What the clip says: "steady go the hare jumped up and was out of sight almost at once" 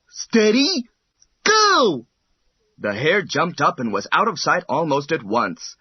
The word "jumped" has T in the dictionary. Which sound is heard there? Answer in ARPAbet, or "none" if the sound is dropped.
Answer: T